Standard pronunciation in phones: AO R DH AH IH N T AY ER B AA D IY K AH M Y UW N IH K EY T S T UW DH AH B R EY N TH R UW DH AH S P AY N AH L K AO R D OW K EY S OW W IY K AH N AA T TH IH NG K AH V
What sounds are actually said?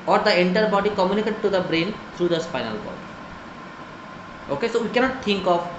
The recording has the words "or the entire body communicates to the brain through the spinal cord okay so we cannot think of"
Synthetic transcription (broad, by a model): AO R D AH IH N T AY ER B AA D IY K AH M Y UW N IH K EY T T UW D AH B R EY N T R UW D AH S F AY N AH L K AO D OW K EY S OW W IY K AH N AA T T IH NG K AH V